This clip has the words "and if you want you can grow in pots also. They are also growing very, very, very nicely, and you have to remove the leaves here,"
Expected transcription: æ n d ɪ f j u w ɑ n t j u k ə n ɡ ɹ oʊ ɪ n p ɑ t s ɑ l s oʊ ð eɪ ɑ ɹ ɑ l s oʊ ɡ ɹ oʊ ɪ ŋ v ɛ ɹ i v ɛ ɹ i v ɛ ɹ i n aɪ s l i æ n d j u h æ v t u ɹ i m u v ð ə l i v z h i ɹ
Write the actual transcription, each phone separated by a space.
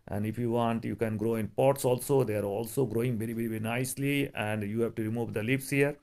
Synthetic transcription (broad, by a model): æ n d ɪ f j u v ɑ n t j u k ə n ɡ ɹ oʊ ɪ n p ɑ t s ɑ l s oʊ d eɪ ɑ ɹ ɑ l s oʊ ɡ ɹ oʊ ɪ ŋ v ɛ ɹ i v ɛ ɹ i v ɛ ɹ i n aɪ s l i æ n d j u h æ v t u ɹ i m u v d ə l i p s h i ɹ